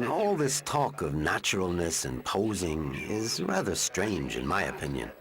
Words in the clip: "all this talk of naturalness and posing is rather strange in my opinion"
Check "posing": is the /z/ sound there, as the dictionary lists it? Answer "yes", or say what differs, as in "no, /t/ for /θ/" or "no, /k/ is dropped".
yes